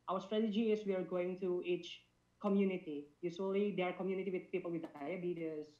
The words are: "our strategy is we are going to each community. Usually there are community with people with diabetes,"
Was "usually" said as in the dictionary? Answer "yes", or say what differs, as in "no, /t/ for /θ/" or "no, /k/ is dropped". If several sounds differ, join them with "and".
no, /s/ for /ʒ/